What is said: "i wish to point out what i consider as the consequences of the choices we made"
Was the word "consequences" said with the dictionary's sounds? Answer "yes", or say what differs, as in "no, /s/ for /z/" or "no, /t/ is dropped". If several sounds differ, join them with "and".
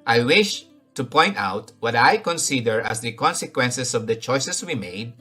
no, /s/ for /z/